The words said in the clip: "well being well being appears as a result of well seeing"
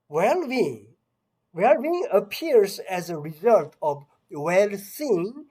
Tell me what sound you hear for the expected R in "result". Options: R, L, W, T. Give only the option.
R